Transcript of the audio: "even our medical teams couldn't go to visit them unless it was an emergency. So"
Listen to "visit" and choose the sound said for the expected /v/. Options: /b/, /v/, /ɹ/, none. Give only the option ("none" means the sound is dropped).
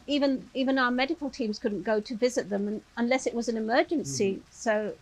/v/